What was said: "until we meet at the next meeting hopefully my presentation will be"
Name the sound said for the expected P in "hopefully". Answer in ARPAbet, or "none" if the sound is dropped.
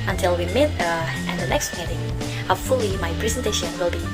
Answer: none